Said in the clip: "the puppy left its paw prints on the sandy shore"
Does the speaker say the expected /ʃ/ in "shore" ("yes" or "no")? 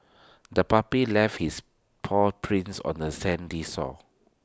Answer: no